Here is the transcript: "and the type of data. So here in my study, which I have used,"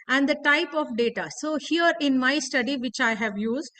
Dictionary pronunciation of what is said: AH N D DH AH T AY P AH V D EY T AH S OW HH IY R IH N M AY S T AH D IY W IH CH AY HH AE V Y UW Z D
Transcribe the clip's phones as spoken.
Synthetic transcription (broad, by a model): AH N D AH T AY P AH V D EY T AH S OW HH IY R IH N M AY S T AH D IY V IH CH AY HH AE V Y UW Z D